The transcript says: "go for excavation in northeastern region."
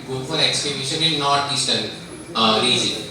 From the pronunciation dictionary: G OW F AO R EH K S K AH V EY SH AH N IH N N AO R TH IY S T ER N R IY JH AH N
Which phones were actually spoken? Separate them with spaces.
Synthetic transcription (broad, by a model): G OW F AO R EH K S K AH B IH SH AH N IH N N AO R T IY S T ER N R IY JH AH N